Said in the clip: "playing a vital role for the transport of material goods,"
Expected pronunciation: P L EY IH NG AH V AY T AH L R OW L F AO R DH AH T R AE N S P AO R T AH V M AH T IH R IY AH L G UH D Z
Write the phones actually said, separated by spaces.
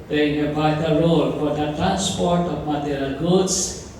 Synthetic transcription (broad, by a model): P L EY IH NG AH B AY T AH R OW L F AO R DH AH T R AE N S P AO R T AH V M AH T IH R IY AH L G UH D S